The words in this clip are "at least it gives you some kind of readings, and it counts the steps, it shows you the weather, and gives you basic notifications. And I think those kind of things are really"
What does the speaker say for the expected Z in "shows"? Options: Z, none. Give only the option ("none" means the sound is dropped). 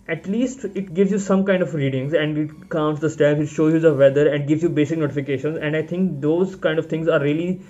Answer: none